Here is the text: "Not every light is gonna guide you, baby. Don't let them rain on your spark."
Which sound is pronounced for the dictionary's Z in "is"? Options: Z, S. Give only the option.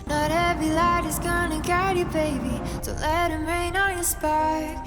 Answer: Z